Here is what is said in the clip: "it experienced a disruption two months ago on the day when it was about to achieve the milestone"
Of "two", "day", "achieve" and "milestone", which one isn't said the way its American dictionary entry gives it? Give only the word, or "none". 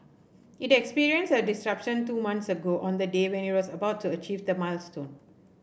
none